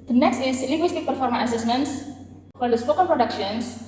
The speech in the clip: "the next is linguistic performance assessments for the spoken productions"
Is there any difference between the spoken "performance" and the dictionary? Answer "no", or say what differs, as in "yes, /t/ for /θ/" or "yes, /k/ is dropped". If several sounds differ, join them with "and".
yes, /s/ is dropped